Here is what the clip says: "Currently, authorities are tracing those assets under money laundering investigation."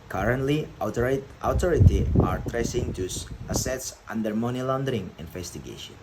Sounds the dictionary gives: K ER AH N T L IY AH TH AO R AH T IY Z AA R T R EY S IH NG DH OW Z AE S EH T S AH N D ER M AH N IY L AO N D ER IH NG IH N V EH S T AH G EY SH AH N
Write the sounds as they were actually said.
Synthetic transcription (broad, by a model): K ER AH N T L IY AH T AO R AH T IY AA R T R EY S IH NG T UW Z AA S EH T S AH N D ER M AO N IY L AO N D ER IH NG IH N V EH S T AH G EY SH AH N